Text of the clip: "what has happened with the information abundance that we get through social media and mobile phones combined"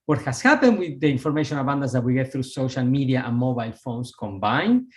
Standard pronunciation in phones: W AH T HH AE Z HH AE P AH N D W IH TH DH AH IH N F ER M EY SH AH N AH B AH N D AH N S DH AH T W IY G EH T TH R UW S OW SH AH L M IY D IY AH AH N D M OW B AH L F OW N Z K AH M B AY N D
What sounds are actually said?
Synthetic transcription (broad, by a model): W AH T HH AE S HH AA P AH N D W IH DH AH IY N F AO M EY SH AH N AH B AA N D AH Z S DH AH T W IY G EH T TH R UW S OW SH AH L M IY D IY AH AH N M OW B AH L F OW N S K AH M B AY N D